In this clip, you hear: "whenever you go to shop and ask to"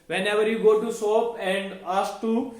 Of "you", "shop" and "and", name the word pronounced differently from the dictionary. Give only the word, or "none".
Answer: shop